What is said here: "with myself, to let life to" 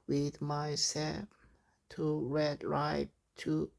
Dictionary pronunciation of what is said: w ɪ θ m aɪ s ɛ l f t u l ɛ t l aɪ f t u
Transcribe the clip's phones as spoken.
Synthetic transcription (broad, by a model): w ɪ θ m aɪ s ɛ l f t u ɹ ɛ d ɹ aɪ p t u